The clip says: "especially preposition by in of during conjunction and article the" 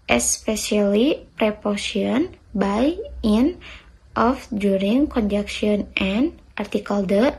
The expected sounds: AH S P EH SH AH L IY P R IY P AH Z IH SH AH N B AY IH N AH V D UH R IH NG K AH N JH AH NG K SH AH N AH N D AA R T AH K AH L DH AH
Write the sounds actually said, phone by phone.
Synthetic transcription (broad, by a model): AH S P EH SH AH L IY P R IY P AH S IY AH N B AY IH N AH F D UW R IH NG K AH N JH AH K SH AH N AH N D AA R T AH K AH L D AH